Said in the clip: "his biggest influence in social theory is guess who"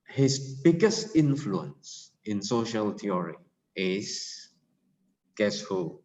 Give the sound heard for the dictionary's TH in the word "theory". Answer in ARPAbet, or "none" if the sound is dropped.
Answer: T